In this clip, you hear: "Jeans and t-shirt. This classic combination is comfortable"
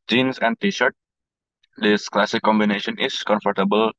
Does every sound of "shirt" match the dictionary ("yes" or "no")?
yes